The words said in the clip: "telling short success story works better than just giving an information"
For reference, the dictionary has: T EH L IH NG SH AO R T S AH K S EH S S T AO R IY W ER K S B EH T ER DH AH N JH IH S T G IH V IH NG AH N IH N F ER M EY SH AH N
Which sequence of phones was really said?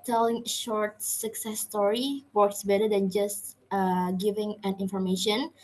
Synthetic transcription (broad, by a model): T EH L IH NG SH AO R T S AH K S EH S S T AO R IY W ER K S B EH T ER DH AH N JH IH S T G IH V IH NG AH N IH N F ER M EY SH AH N